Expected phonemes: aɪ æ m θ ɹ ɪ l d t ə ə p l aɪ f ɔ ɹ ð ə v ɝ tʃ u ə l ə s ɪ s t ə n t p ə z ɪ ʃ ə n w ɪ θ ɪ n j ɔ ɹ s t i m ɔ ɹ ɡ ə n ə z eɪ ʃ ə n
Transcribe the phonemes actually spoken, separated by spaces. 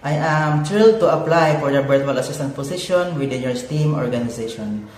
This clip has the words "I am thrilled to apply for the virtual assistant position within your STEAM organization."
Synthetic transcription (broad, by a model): aɪ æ m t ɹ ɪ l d t ə ə p l aɪ f ɔ ɹ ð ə b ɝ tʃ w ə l ə s ɪ s t ə n t p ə s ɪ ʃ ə n w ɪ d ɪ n j ɔ ɹ s t i m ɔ ɹ ɡ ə n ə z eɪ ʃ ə n